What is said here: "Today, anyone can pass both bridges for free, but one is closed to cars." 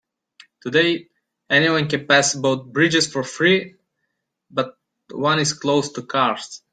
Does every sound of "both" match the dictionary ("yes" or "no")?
no